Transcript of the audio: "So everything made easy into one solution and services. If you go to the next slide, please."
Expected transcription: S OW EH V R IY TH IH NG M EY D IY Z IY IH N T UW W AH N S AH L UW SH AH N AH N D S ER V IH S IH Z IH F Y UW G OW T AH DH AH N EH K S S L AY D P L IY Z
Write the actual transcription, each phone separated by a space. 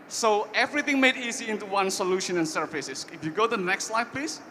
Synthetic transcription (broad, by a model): S OW EH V R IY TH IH NG M EY D IY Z IY IH N T UW W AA N S AH L UW SH AH N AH N S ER F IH S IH S IH F Y UW G OW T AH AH N EH K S S L AY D P L IY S